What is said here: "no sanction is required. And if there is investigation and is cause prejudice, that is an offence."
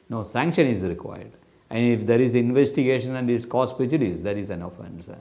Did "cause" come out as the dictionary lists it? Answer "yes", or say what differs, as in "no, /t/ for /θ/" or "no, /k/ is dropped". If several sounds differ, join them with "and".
no, /s/ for /z/